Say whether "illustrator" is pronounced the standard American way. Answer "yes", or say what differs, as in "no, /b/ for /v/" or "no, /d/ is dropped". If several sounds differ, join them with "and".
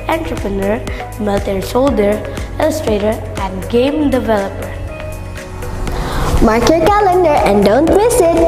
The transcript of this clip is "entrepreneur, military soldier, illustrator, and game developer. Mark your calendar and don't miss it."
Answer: yes